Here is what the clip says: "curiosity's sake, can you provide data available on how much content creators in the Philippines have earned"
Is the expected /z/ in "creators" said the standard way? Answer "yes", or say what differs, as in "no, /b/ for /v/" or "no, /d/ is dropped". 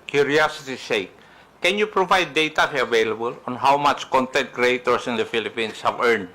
no, /s/ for /z/